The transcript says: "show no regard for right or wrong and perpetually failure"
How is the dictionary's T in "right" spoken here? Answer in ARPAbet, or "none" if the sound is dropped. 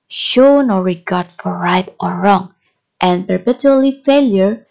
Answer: T